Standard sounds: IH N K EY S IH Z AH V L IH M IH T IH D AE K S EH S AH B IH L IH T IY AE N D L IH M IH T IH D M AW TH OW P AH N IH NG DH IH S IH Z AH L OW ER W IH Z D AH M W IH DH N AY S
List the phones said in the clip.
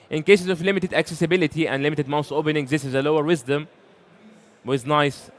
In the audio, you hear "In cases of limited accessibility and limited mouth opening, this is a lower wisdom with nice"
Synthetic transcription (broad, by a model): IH N K EY S IH Z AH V L IH M IH T IH D AE K S EH S AH B IH L IH T IY AE N D L IH M IH T IH D M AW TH OW P AH N IH NG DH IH S IH Z AH L OW ER W IH Z D AH M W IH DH N AY S